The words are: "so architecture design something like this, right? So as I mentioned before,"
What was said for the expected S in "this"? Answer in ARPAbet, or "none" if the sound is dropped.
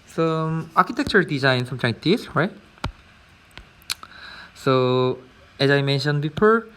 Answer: none